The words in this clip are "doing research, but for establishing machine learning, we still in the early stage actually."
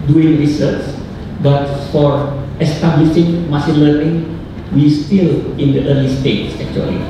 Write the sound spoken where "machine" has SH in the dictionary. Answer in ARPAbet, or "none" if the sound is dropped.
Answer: S